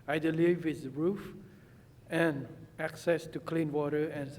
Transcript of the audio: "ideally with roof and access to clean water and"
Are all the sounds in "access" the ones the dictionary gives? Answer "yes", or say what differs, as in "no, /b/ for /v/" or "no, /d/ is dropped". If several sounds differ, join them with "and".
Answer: yes